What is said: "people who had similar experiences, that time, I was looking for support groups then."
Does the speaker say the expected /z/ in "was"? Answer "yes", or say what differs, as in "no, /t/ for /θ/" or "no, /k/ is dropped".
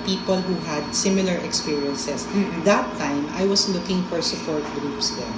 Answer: no, /s/ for /z/